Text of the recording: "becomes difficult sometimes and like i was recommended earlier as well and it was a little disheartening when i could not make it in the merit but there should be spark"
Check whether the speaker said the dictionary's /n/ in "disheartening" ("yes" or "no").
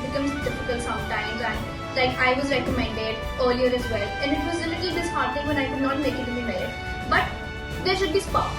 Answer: no